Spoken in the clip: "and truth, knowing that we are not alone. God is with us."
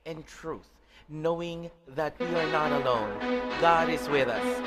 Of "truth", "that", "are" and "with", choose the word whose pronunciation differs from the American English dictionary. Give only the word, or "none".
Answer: none